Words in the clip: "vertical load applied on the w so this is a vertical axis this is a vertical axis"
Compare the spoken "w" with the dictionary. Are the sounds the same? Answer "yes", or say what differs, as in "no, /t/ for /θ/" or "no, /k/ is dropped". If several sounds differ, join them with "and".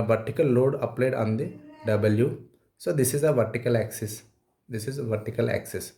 yes